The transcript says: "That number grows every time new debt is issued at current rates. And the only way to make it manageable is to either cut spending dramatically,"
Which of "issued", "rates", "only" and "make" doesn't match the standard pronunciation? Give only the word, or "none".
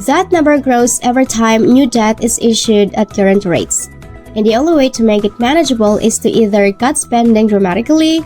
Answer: none